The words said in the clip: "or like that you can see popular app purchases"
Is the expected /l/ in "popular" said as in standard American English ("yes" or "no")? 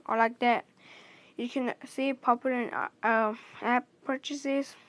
no